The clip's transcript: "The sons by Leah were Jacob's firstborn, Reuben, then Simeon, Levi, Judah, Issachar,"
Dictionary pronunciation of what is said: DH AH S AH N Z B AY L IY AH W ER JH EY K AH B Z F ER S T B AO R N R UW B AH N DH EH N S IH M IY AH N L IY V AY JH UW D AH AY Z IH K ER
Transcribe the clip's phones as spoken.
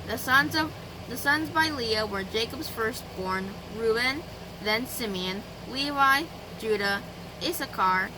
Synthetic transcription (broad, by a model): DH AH S AH N Z B AY L IY AH W ER JH EY K AH B Z F ER S T B AO R N R UW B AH N DH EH N S IH M IY AH N L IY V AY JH UW D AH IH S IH K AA